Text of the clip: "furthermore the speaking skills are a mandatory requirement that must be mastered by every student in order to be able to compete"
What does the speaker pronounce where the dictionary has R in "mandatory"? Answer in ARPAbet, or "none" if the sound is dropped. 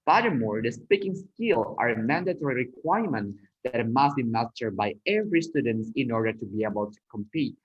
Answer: R